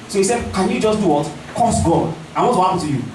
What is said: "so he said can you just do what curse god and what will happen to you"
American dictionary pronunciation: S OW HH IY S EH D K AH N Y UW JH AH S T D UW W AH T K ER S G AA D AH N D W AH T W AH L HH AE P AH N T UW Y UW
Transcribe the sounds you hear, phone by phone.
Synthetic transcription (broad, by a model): S OW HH IY S EH D K AH N Y UW JH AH S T D UW W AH T K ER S G AA AH W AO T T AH HH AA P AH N T UW Y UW